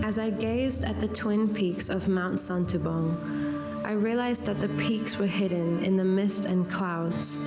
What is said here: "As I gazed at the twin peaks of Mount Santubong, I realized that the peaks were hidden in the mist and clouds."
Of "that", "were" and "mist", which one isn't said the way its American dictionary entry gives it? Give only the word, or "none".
none